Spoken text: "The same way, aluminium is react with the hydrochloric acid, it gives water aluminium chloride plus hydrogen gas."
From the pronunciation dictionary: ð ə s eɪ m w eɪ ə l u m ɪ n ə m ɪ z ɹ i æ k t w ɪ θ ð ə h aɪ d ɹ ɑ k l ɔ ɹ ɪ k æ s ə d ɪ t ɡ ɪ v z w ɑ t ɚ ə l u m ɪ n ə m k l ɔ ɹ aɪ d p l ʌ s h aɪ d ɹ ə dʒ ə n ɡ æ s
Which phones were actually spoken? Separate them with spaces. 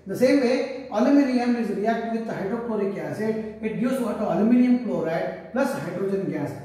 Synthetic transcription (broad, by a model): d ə s eɪ m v eɪ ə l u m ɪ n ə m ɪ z ɹ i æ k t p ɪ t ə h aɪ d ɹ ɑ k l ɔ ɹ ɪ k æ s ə ɪ t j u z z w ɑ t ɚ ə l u m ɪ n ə m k l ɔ ɹ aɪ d p l ʌ s h aɪ d ɹ ə dʒ ə n ɡ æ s